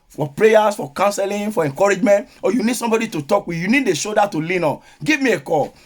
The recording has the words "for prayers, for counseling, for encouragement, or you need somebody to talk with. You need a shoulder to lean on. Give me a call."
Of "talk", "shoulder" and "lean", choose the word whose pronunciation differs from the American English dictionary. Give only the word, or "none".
shoulder